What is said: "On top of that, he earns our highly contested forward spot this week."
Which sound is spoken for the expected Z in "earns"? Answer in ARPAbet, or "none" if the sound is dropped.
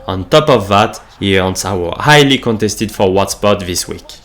S